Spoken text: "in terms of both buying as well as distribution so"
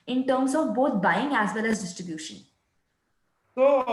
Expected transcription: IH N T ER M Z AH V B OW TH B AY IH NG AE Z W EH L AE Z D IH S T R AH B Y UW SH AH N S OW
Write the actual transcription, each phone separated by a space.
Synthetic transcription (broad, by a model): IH N T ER M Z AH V B OW T B AY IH NG AE Z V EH L AE Z D IH S T R AH B Y UW SH AH N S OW